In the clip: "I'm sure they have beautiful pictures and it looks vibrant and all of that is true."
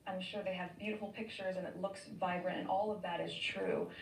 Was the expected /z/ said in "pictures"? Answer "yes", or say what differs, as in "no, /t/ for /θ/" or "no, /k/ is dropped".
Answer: yes